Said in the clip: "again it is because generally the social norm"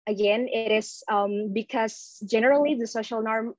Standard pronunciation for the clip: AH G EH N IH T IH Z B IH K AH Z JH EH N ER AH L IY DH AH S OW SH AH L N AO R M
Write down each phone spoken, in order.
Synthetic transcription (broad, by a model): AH G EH N IH T IH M B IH K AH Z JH EH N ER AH L IY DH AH S OW SH AH L N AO R M